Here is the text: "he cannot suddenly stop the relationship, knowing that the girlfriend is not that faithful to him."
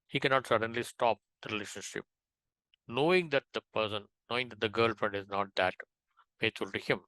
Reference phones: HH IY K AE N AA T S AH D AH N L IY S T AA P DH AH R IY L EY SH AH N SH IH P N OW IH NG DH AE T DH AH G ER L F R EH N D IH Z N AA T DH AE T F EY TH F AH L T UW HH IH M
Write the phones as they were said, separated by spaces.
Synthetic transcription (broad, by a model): HH IY K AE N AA T S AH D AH N L IY S T AA P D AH R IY L EY SH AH N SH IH P N OW IH NG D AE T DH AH G ER L F R EH N D IH Z N AA T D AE T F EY T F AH L T UW HH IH M